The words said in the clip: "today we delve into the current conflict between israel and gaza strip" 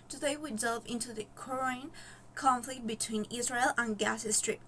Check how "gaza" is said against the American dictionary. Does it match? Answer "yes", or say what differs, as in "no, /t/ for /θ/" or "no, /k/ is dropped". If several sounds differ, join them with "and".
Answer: no, /s/ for /z/